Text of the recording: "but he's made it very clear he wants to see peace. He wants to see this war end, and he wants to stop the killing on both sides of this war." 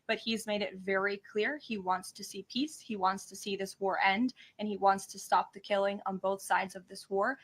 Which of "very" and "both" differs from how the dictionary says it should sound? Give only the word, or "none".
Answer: none